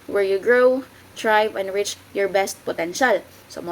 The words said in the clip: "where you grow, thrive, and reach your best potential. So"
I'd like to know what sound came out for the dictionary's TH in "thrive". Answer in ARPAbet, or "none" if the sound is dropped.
T